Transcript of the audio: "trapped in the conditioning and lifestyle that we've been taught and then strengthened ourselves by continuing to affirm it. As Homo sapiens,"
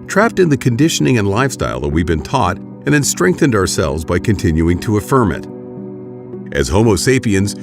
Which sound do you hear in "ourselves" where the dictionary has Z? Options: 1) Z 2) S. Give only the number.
1